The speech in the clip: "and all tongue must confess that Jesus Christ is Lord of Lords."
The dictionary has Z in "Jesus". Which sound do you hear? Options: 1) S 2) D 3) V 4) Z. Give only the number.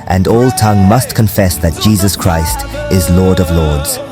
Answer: 4